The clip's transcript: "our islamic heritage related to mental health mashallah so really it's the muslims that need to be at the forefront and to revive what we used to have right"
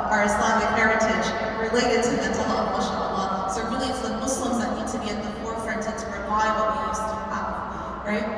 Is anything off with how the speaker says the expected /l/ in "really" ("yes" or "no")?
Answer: no